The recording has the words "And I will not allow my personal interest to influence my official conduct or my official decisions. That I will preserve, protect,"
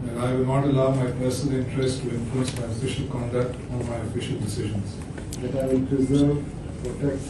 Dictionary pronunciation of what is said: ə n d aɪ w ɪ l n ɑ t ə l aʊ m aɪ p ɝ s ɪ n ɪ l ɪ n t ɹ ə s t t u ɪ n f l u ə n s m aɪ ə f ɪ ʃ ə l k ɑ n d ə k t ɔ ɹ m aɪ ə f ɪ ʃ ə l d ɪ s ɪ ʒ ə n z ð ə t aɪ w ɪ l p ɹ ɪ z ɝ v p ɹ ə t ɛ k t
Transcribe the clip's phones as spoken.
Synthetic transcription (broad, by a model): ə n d aɪ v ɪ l n ɑ t ə l aʊ m aɪ p ɝ s ɪ n ɪ l ɪ n t ɹ ə s t t u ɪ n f u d s m aɪ ə f ɪ ʃ ə l k ɑ n d ə k t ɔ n m aɪ ə f ɪ ʃ ə l d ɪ s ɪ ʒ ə n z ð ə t aɪ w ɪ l p ɹ ɪ z ɝ v p ɹ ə t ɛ k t